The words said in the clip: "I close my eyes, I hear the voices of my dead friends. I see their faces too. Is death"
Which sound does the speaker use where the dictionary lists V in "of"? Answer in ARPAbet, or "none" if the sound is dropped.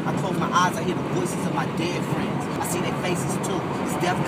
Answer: V